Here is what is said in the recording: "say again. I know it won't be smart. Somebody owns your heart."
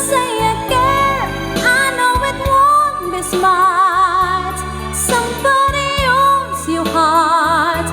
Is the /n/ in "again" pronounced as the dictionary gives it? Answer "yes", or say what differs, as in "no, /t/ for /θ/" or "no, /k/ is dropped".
no, /n/ is dropped